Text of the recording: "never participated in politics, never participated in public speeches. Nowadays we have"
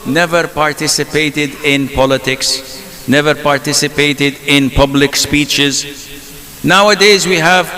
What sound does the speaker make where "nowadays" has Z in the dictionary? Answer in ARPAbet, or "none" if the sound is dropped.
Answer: Z